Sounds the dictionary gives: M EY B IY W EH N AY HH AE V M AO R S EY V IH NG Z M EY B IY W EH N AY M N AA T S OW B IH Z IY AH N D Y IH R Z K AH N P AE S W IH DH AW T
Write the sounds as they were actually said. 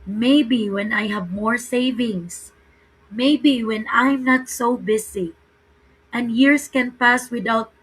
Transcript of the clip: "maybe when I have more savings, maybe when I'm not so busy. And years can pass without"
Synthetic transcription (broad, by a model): M EY B IY W EH N AY HH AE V M AO R S EY V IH NG S M EY B IY W EH N AY M N AA T S OW B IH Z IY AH N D Y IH R S K AH N P AE S W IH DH AW T